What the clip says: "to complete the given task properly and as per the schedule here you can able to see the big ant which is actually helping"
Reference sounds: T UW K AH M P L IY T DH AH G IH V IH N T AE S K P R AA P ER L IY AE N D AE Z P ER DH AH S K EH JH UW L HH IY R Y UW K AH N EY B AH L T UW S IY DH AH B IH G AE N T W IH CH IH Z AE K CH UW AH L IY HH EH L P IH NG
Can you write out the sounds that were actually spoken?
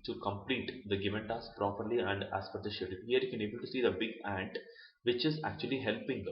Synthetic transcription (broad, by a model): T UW K AH M P L IY T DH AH G IH V IH N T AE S P R AA P ER L IY AE N D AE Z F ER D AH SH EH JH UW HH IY R Y UW K AH N EY B AH L T UW S IY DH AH B IH G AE N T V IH CH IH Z AE K CH UW AH L IY HH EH L P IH NG